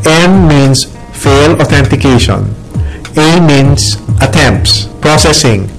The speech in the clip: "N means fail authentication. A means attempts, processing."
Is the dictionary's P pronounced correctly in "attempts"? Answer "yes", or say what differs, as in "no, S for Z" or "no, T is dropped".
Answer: yes